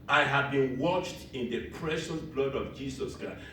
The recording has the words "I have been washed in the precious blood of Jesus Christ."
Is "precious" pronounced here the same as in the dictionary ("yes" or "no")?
no